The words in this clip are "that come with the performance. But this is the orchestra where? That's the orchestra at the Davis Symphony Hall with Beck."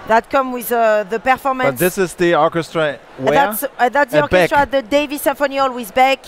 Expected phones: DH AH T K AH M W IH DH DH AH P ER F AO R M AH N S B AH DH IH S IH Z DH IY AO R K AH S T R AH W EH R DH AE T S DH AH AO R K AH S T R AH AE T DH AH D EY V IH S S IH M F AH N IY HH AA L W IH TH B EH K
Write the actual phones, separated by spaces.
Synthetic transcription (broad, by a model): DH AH T K AH M W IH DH DH AH P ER F AO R M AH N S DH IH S IH Z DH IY AO R K AH S T R AH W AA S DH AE T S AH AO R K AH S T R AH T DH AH D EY V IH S S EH F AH N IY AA L W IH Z B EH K